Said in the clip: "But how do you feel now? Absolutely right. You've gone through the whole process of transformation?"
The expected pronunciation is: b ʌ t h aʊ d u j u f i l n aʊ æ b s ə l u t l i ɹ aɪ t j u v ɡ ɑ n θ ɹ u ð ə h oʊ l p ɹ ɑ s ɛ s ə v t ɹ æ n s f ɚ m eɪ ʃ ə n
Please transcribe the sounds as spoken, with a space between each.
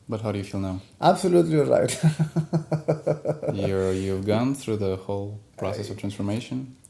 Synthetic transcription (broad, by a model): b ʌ t h aʊ d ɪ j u f i l n aʊ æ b s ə l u t l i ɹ aɪ t j u v ɡ ɑ n θ ɹ u ð ə h oʊ l p ɹ ɑ s ɛ s ə v t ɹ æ n s f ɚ m eɪ ʃ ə n